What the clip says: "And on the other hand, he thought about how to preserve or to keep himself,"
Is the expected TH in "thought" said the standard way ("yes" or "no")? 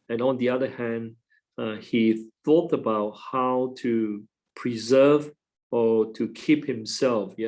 yes